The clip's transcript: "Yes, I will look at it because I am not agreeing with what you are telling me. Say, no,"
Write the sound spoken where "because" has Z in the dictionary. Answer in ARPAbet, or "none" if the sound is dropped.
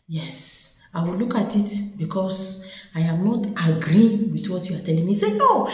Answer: S